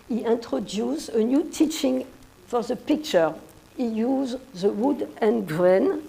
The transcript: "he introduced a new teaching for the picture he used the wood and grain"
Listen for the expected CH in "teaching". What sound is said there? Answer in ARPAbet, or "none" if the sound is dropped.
CH